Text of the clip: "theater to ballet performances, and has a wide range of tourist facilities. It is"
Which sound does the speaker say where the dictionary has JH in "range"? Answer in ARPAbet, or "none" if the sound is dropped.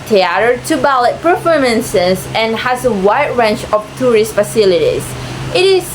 CH